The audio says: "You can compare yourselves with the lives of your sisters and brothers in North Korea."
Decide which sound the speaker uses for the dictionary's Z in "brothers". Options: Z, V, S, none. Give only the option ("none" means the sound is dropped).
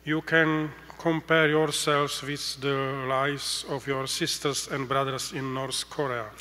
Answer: S